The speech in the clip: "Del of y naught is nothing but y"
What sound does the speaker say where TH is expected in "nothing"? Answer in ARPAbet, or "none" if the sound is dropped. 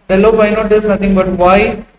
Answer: T